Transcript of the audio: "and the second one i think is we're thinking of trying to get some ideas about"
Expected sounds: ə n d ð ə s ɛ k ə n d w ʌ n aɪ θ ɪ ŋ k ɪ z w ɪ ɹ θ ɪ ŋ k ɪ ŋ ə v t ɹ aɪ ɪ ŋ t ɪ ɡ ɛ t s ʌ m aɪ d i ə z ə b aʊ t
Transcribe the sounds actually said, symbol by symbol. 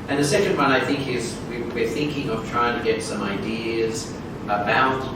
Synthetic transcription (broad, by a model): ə n ð ə s ɛ k ə n d w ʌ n aɪ θ ɪ ŋ k ɪ z w ɪ ɹ θ ɪ ŋ k ɪ ŋ ə v t ɹ aɪ ɪ ŋ t ɪ ɡ ɛ t s ʌ m aɪ d i ə z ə b aʊ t